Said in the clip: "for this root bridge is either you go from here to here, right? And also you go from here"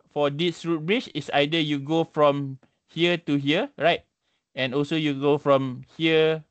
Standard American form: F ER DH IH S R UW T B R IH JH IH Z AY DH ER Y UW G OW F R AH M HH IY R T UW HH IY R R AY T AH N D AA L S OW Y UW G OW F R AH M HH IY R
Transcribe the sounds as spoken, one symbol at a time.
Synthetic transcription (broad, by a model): F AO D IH S R UW T B R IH CH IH S AY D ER Y UW G OW F R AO M HH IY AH T UW HH IY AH R AY T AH N AA L S OW Y UW G OW F R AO M HH IY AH